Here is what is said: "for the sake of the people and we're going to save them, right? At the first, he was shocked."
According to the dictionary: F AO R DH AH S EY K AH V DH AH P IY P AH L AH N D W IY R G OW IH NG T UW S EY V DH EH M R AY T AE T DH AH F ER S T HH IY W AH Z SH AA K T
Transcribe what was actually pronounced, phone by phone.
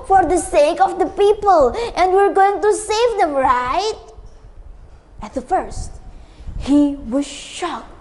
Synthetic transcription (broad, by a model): F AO R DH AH S EY K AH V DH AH P IY P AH L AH N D W IY R G OW IH NG T UW S EY V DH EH M R AY T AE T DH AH F ER S T HH IY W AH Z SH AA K